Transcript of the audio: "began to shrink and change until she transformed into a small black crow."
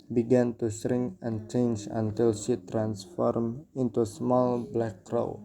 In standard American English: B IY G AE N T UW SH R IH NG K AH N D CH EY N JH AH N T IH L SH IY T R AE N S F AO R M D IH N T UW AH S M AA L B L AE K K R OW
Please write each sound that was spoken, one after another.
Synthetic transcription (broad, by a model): B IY G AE N T UW S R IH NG AH N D CH EY N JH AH N T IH L SH IY T R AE N S F AO R M IH N T UW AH S M AA L B L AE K K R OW